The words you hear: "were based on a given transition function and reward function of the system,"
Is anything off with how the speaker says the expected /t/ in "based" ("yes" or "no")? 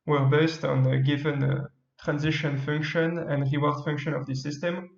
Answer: no